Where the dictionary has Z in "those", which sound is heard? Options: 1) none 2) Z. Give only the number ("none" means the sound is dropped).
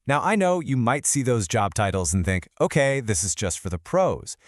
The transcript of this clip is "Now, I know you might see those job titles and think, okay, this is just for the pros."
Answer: 2